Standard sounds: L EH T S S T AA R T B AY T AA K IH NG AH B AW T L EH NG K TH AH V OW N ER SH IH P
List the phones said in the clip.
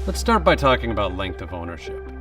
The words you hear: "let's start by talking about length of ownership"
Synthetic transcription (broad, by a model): L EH T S S T AA R T B AY T AA K IH NG AH B AW T L EH NG K TH AH V OW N ER SH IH P